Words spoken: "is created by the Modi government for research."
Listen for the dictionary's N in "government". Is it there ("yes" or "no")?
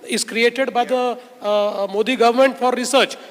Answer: yes